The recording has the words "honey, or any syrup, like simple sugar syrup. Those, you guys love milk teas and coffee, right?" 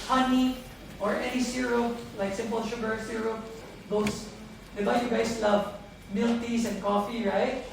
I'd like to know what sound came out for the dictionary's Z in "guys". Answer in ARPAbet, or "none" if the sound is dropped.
S